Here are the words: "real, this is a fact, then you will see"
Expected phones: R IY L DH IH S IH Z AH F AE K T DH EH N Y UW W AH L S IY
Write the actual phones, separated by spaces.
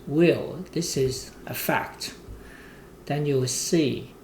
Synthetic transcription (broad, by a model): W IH L DH IH S IH Z AH F AE K T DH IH N Y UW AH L S IY